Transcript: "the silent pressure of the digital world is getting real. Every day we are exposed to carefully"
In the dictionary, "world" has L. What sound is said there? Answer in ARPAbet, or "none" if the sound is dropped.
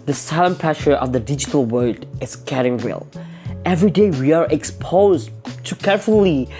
none